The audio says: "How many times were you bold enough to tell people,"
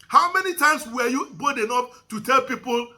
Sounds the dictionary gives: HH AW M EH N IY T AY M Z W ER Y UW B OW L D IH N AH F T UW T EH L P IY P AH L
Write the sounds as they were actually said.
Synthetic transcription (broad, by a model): HH AW M EH N IY T AY M S W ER Y UW B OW D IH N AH P T UW T EH L P IY P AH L